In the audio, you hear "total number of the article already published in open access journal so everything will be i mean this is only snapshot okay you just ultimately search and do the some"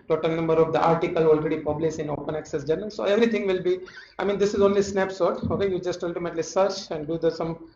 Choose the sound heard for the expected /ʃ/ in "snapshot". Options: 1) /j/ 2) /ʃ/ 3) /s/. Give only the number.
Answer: 3